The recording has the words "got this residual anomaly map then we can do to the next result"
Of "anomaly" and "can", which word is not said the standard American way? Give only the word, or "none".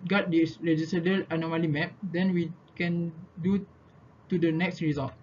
none